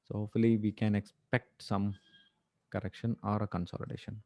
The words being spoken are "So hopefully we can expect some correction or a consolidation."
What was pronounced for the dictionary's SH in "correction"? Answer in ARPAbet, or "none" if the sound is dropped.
SH